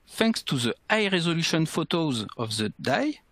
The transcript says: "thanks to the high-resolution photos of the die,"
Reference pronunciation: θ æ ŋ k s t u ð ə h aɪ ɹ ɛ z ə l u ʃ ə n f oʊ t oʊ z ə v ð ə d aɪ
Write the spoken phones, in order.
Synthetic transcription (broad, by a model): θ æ ŋ k s t u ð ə aɪ ɹ ɛ z ə l u ʃ ə n f oʊ t oʊ z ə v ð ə d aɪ